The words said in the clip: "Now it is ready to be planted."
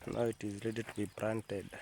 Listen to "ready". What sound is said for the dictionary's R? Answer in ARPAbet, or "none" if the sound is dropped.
L